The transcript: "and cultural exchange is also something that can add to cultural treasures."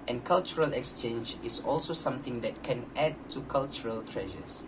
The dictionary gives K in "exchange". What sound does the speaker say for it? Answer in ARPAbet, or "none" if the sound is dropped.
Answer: K